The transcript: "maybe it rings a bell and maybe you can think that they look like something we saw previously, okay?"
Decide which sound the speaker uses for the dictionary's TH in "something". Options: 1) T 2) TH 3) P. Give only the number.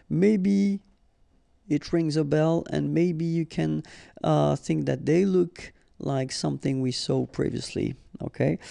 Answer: 2